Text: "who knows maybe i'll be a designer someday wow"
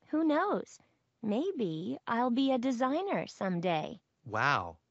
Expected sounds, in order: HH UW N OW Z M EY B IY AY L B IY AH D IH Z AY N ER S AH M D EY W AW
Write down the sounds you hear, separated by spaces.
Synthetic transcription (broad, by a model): HH UW N OW Z M EY B IY AY L B IY AH D IH Z AY N ER S AH M D EY W AW